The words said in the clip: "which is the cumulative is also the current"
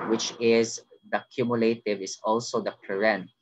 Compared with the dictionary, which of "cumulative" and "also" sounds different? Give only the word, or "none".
none